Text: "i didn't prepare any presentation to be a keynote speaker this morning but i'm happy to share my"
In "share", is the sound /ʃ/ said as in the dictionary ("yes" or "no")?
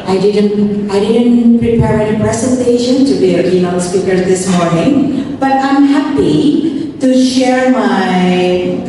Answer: yes